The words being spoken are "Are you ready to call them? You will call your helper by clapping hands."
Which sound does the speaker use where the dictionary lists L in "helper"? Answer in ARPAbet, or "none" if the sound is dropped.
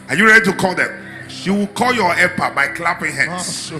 none